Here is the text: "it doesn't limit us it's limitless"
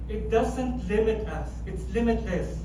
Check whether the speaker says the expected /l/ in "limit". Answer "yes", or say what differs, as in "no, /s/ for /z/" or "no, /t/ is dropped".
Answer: yes